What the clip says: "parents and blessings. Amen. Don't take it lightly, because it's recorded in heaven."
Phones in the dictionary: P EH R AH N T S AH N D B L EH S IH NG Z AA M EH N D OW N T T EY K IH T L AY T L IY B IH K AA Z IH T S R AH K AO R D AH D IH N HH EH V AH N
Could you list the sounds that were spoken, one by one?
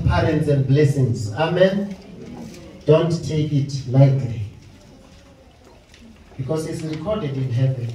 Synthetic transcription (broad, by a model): P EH R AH N T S AH N D B L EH S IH NG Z AA M EH N D OW N T T EY K IH T L AY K L IY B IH K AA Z IH T S R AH K AO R D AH D IH N HH EH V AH N